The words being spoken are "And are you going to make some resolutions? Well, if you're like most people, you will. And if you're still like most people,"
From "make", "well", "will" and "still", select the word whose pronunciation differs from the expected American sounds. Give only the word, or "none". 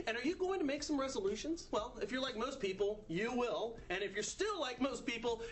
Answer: none